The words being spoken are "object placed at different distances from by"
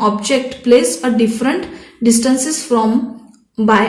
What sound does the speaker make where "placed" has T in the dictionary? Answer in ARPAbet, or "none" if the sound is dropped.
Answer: none